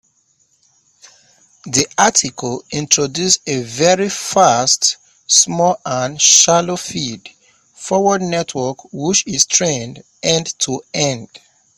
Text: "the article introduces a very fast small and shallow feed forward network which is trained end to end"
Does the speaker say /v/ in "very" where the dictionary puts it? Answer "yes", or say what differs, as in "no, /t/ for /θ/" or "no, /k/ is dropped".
yes